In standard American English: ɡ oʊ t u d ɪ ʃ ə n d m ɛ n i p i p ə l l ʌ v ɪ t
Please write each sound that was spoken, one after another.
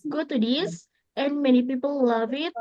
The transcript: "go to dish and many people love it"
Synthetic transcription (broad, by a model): ɡ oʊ t u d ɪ s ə n m ɛ n i p i p ə l l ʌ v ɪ t